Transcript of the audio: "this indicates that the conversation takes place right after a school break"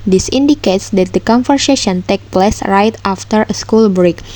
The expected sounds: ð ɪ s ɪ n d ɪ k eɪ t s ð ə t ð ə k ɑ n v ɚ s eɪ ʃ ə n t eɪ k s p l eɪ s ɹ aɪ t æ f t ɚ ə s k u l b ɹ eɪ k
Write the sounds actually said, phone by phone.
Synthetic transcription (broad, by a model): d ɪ s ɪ n d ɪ k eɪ t s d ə t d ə k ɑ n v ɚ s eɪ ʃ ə n t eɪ k p l eɪ s ɹ aɪ t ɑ f t ɚ ə s k u l b ɹ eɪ k